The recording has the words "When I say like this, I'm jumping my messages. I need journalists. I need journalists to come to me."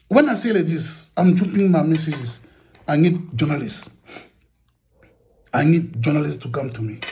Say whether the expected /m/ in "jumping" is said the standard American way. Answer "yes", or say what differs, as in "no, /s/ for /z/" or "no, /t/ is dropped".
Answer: no, /m/ is dropped